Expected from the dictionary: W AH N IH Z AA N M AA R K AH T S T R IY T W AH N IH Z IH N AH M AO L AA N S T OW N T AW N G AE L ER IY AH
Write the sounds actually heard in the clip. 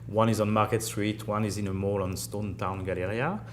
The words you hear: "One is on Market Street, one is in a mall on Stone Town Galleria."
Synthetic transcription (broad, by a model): W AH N IH Z AA N M AA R K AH T S T R IY T W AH N IH Z IH N AH M AO L AA N S T OW N T AW N G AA L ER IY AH